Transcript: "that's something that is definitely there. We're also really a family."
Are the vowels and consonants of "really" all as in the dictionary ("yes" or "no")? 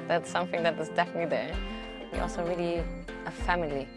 yes